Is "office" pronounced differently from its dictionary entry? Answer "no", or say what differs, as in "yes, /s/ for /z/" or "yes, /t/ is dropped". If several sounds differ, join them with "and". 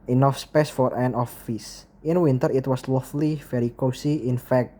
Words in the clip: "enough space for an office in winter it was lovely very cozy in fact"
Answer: no